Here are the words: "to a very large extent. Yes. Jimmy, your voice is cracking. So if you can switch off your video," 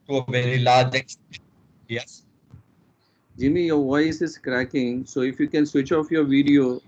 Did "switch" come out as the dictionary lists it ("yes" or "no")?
yes